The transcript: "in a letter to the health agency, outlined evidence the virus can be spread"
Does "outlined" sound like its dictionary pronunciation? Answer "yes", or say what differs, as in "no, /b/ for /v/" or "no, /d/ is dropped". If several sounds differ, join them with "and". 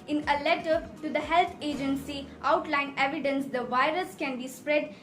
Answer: no, /d/ is dropped